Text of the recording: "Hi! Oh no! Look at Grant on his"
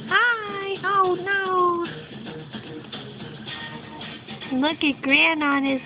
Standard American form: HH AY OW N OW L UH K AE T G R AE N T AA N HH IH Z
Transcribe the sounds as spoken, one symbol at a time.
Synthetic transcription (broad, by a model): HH AY OW N OW L UH K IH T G R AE N AA N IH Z